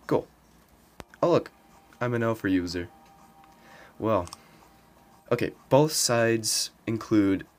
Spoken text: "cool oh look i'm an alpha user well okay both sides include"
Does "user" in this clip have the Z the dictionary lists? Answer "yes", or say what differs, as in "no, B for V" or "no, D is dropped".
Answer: yes